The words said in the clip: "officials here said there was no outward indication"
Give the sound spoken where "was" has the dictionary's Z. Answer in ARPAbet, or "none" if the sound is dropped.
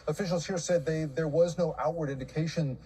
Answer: Z